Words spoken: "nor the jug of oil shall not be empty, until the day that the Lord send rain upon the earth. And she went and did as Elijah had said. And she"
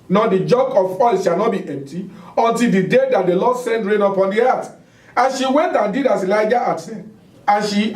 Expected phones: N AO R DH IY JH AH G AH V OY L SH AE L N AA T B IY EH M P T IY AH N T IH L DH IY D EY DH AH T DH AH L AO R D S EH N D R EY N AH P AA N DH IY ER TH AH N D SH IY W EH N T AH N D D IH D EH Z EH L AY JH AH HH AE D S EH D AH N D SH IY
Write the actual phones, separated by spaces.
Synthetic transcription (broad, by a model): N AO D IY JH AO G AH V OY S SH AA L N AA T B IY EH M P T IY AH N T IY L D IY D EY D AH T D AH L AO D S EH N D R EY N AH P AA N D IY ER T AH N SH IY W EH N T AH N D D IH D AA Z EH L AY JH AH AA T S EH AH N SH IY